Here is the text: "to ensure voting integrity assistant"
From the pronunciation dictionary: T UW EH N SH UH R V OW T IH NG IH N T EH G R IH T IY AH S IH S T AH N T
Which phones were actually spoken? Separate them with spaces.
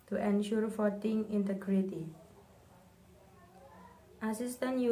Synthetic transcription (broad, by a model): T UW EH N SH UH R F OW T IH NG IH N T EH G R IH T IY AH S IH S T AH N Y